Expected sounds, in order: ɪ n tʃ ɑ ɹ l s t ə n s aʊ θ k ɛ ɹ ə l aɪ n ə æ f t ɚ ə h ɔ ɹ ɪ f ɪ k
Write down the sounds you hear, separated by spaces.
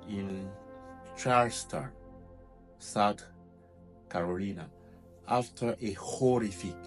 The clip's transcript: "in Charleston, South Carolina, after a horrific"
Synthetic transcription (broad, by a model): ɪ n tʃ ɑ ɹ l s t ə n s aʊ t k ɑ ɹ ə l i n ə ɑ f t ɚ ə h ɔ ɹ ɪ f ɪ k